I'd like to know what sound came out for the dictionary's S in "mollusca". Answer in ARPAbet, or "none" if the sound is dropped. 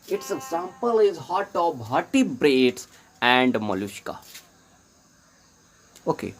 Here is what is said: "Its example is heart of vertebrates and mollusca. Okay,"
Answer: SH